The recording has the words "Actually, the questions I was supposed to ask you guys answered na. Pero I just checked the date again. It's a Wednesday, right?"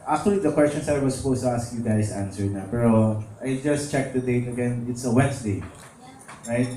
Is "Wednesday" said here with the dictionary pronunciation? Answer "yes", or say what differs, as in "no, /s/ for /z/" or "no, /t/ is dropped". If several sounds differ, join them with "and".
no, /s/ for /z/